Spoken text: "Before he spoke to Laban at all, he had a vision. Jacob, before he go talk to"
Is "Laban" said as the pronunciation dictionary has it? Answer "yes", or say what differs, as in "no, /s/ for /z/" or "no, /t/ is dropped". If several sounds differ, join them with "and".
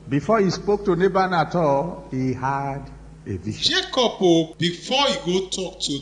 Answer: no, /n/ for /l/